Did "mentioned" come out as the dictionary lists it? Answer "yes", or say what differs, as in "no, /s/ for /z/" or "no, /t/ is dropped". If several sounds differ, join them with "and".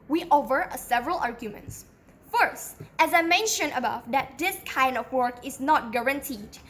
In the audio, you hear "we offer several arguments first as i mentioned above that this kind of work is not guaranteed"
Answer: no, /d/ is dropped